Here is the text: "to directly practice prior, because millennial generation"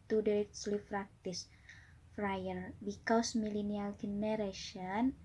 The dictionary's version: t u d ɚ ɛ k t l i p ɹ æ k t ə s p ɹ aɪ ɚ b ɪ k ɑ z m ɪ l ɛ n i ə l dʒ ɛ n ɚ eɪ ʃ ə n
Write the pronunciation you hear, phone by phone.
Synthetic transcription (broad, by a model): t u d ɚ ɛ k s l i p ɹ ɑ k t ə s f ɹ aɪ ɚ b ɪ k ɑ s m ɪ l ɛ n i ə l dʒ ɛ n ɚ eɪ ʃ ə n